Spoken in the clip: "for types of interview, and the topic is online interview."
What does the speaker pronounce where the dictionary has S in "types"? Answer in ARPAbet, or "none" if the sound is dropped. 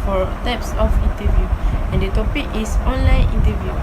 S